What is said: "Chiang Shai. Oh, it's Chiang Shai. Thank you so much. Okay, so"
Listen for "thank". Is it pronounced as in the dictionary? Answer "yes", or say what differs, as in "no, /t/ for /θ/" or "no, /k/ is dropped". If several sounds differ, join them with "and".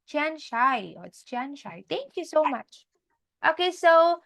no, /t/ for /θ/